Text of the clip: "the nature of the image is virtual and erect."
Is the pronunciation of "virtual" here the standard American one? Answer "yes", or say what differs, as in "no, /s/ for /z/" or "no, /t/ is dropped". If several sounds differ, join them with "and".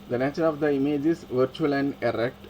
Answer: yes